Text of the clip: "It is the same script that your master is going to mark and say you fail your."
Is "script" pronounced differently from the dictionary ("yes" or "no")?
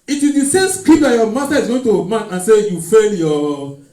yes